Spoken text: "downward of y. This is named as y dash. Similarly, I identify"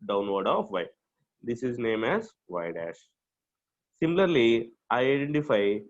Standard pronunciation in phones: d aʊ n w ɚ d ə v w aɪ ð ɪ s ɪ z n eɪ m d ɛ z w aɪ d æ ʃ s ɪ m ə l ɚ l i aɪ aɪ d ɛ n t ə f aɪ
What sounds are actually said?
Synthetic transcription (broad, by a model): d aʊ n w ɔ d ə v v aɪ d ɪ s ɪ z n eɪ m ɛ z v aɪ d æ ʃ s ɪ m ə l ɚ l i aɪ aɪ d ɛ n t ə f aɪ